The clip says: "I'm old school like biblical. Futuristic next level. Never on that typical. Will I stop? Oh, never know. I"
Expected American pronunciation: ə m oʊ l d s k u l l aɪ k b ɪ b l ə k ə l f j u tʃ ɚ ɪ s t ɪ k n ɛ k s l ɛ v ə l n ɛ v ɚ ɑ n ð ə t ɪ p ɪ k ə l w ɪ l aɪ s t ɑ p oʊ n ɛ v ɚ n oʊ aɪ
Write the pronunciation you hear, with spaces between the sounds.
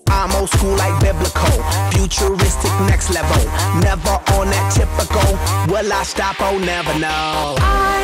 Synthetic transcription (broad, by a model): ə m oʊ s k u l l aɪ k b ɪ b l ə k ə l f j u tʃ ɚ ɪ s t ɪ k n ɛ k s l ɛ v ə l n ɛ v ɚ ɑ n ð ə t ɪ p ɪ k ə l w ɪ l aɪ s t ɑ p oʊ n ɛ v ɚ n oʊ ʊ